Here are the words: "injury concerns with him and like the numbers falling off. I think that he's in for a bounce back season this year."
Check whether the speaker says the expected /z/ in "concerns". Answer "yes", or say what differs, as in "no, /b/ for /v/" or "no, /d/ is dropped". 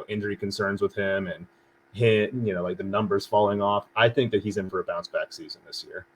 yes